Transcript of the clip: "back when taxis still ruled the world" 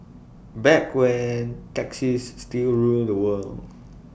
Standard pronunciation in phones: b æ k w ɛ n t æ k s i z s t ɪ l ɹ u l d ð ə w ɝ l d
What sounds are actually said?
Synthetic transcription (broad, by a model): b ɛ k w ɛ n t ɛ k s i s t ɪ l ɹ u l d ə w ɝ l